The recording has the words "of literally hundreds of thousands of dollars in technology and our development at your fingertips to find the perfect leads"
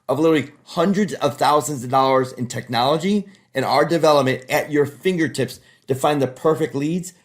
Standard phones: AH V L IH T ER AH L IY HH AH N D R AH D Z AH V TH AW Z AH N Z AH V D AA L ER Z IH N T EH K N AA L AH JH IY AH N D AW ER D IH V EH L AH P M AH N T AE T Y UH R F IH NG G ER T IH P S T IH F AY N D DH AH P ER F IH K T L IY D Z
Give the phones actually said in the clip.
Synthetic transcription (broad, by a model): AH V L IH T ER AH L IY HH AH N D R AH D Z AH V TH AW Z AH N Z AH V D AA L ER Z IH N T EH K N AA L AH JH IY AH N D AW ER D IH V EH L AH P M AH N T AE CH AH R F IH NG G ER T IH P S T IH F AY N DH AH P ER F IH K T L IY D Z